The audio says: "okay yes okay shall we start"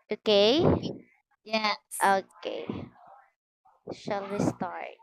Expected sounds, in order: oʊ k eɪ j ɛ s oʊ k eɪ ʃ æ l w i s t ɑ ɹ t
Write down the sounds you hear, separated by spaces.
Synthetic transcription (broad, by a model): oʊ k eɪ j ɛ oʊ k eɪ ʃ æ l w i s t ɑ ɹ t